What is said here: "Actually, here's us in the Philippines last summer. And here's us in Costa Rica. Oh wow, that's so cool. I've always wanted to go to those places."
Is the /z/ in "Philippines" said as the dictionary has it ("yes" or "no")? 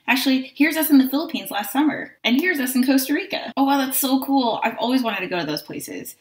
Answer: yes